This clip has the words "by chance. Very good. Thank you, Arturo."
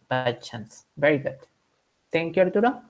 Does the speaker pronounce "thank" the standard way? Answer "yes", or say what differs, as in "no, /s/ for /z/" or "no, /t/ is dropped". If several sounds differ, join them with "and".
no, /t/ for /θ/